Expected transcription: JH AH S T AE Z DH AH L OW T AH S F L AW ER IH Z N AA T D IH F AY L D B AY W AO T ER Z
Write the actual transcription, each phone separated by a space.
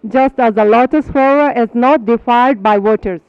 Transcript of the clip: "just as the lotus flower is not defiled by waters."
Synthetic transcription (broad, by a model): JH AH S T AE Z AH L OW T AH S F AW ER IH Z N AA T D IH F AY L D B AY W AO T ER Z